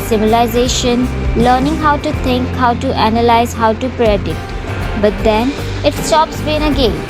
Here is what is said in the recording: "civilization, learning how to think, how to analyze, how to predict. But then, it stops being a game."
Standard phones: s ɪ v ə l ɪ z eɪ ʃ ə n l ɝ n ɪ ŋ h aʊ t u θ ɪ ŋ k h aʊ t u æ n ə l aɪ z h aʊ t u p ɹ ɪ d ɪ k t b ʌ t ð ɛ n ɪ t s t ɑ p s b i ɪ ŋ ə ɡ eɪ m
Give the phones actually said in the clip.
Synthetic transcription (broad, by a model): s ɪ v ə l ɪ z eɪ ʃ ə n l ɝ n ɪ ŋ h aʊ t u t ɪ ŋ k h aʊ t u æ n ə l aɪ z h aʊ t u p ɹ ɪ d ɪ t b ʌ t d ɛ n ɪ t s t ɑ p s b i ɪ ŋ ə ɡ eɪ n